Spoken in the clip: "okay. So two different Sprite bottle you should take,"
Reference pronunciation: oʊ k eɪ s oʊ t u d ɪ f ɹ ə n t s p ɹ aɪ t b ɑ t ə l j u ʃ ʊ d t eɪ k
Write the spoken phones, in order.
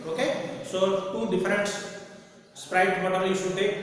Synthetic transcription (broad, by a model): oʊ k eɪ s oʊ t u d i p ɹ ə n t s p ɹ aɪ t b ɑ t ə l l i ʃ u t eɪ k